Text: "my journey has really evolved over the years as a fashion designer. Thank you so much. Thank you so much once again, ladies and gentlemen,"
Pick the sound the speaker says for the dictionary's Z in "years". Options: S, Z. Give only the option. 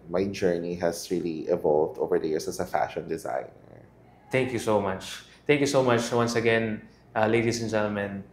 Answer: S